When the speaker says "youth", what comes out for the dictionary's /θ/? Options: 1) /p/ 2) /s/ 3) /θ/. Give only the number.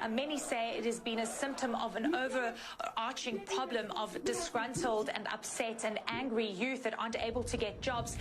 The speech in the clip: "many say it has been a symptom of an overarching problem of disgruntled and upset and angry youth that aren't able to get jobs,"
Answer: 3